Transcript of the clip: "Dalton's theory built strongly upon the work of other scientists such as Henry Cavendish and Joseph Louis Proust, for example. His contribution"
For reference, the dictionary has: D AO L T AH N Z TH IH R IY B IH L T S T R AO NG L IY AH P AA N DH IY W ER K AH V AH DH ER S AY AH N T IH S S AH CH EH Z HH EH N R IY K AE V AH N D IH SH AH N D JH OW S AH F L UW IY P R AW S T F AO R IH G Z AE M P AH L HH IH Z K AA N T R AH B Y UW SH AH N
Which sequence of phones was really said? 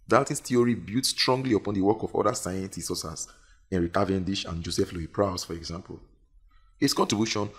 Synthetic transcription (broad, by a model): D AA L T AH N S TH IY R IY B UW T S T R AO NG L IY AH P AA N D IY W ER K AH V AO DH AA S AY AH N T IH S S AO S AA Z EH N R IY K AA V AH N D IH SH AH N JH OW S AH F L UW IY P R AW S F AO R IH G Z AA M P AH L HH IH S K AA N T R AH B Y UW SH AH N